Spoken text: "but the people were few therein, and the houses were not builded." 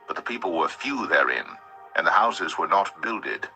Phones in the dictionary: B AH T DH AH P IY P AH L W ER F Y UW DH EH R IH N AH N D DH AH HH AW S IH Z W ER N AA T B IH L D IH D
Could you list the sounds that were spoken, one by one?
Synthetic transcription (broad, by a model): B AH T DH AH P IY P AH L W ER F Y UW DH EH R IH N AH N DH AH HH AW S IH Z W ER N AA T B IH L D IH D